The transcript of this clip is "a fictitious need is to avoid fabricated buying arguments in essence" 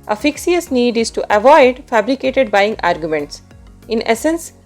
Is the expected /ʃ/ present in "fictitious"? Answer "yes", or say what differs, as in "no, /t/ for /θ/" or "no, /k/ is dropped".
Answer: no, /ʃ/ is dropped